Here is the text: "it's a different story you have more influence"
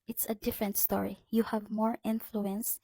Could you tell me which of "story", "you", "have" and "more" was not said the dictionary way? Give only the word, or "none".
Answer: none